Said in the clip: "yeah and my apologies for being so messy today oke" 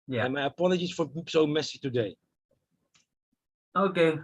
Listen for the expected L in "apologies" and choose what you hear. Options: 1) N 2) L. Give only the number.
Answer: 1